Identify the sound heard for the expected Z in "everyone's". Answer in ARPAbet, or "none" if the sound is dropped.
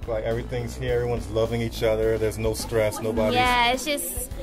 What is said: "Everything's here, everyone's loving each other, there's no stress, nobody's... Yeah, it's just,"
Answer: Z